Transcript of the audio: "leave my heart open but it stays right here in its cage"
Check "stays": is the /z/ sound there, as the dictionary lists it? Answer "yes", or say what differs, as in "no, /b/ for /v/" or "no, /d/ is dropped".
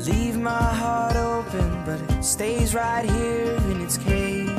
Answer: yes